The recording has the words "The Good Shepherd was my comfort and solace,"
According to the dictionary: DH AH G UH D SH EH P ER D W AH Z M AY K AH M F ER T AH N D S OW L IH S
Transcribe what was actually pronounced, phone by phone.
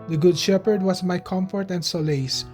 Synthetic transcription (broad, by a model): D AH G UH D SH EH P ER D W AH S M AY K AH M F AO T AH N D S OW L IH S